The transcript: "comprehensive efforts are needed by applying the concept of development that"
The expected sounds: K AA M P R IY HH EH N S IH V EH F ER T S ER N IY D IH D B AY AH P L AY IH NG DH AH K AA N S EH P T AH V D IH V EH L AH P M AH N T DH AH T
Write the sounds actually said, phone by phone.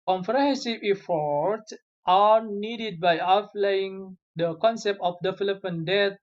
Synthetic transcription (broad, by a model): K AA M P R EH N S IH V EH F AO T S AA N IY D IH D B AY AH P L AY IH NG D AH K AA N S EH P T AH F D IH F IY L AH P AH N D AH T